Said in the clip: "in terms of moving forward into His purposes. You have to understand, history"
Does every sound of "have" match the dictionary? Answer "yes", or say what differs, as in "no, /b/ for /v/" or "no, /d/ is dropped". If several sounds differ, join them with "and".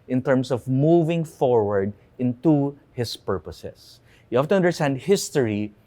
no, /f/ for /v/